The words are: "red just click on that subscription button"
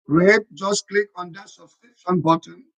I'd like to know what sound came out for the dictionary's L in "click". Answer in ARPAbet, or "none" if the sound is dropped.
L